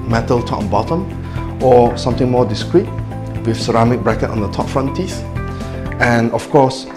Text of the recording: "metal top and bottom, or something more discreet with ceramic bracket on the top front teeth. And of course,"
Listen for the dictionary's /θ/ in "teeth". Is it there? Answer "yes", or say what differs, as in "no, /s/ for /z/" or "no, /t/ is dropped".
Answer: no, /s/ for /θ/